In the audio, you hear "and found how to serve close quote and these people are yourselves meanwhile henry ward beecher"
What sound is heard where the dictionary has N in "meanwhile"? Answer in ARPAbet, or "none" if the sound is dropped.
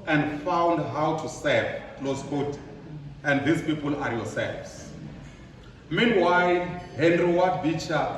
N